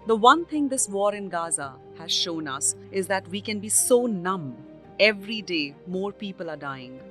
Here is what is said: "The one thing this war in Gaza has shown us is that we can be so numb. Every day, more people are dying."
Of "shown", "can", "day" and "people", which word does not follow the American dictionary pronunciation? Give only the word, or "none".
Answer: none